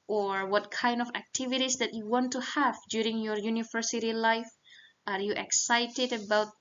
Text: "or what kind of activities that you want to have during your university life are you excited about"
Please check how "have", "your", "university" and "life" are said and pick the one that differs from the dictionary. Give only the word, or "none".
none